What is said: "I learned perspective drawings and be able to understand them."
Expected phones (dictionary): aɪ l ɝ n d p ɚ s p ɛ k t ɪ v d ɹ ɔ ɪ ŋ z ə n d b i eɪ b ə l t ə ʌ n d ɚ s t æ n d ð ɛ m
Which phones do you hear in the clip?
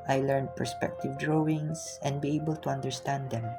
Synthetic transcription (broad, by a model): aɪ l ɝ n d p ɚ s p ɛ k t ɪ v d ɹ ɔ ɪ ŋ s ə n d b i eɪ b ə l t ə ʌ n d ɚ s t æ n d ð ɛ m